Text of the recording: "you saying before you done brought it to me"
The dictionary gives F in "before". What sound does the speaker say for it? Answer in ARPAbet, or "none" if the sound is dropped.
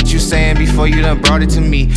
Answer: F